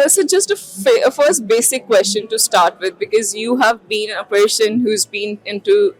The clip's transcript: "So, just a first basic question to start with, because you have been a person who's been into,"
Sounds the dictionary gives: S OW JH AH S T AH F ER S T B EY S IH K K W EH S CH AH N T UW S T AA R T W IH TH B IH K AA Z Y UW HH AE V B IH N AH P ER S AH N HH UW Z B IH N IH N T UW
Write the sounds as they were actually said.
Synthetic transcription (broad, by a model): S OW JH AH S T AH F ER S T B EY S IH K K W EH S CH AH N T UW S T AA R T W IH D B IH K AA Z Y UW HH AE V B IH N AH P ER SH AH N HH UW Z B IH N IH N T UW